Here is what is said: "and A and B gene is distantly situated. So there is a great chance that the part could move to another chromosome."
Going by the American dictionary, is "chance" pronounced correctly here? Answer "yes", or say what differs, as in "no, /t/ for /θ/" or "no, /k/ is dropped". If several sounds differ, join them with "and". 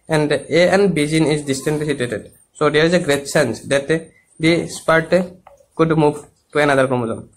no, /s/ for /tʃ/